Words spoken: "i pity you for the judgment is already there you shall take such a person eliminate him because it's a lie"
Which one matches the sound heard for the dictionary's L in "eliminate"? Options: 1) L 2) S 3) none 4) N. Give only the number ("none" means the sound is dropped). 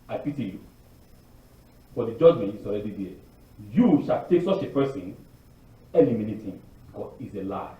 4